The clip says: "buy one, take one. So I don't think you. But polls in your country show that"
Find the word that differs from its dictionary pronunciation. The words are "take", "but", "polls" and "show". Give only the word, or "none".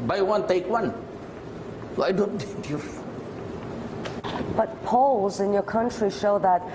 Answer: none